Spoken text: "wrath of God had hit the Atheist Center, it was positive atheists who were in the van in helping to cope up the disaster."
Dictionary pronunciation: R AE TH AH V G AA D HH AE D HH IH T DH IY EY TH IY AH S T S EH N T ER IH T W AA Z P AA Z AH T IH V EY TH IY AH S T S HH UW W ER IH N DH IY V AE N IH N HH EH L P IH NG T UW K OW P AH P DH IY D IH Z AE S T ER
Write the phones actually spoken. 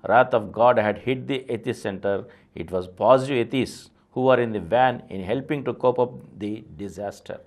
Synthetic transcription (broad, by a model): R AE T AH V G AA D HH AE D HH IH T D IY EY T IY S S EH N T ER IH T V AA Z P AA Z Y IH EY T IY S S HH UW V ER IH N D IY V AE N IH N HH EH L P IH NG T UW K OW P AH P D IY D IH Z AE S T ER